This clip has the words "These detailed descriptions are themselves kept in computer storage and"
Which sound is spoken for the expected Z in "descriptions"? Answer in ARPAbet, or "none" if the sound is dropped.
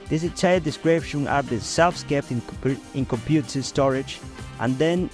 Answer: none